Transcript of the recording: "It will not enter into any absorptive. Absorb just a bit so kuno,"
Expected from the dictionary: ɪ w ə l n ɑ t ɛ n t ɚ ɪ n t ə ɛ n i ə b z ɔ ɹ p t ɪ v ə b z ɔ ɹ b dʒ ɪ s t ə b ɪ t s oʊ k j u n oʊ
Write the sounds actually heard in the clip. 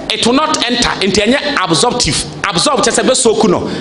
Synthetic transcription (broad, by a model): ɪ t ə n ɑ t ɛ n t ɪ n t ə ɛ n i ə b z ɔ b t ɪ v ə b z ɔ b tʃ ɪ s ə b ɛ s oʊ k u n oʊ